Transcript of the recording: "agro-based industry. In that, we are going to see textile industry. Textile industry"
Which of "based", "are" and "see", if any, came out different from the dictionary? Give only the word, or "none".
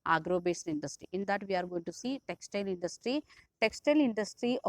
based